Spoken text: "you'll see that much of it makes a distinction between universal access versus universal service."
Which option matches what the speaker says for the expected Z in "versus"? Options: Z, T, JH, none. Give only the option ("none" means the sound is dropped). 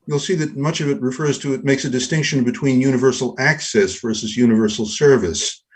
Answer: Z